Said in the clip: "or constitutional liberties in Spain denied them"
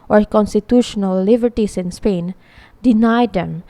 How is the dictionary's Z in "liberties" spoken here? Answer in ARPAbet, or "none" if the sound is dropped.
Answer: S